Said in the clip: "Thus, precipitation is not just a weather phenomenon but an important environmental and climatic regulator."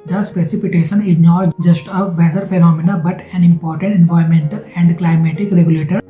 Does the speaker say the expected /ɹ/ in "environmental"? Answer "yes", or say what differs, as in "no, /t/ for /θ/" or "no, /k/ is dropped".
no, /ɹ/ is dropped